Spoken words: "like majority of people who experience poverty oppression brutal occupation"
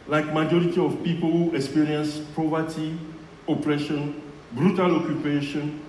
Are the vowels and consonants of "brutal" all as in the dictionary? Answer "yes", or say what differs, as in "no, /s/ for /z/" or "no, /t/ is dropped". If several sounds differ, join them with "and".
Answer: yes